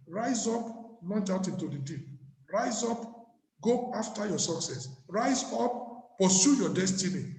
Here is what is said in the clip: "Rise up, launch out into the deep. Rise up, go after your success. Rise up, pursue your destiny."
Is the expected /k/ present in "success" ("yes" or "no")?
yes